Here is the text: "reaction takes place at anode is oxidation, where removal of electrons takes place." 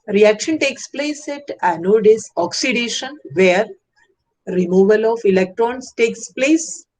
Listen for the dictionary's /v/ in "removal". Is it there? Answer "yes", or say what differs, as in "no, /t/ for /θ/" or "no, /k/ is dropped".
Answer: yes